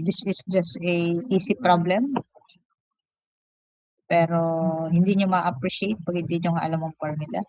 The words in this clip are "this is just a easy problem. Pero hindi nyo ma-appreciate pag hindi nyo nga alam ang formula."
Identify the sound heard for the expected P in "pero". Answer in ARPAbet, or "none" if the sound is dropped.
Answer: P